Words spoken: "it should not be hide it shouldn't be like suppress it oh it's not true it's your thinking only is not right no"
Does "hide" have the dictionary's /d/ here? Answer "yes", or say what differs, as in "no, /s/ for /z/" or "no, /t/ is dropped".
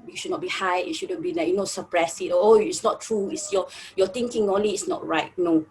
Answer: no, /d/ is dropped